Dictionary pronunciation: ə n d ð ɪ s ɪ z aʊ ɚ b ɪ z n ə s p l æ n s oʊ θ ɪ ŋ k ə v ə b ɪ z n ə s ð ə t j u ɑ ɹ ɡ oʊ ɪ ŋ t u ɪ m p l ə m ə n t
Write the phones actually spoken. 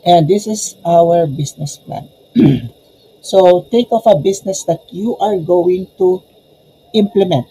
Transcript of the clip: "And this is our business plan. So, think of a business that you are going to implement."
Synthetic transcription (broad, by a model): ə n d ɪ s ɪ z aʊ ɚ b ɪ s n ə s p l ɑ n s oʊ t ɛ k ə f ə b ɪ s n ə s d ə t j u ɑ ɹ ɡ oʊ ɪ ŋ t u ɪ m p l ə m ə n t